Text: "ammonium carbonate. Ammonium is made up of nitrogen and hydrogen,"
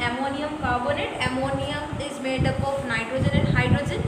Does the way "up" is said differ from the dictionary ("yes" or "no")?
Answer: no